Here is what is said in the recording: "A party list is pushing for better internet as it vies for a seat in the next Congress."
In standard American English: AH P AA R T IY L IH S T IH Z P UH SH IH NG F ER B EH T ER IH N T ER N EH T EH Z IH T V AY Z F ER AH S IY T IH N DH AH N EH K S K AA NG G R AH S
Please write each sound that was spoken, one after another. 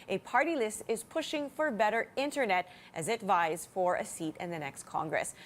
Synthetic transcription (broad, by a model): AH P AA R T IY L IH S T IH Z P UH SH IH NG F ER B EH T ER IH N T ER N EH T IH Z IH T V AY Z F ER AH S IY T IH N DH AH N EH K S K AA NG G R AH S